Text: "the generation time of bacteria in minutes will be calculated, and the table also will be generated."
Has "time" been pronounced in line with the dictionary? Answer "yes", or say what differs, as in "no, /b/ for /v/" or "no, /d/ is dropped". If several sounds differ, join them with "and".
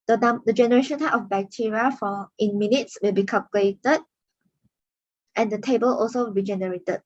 no, /m/ is dropped